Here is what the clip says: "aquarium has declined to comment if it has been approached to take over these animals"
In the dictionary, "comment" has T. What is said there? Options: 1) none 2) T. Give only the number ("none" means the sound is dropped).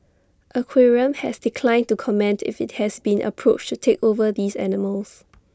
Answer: 2